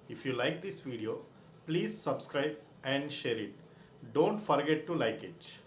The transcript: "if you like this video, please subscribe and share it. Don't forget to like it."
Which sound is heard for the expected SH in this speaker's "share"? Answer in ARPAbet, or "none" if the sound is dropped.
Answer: SH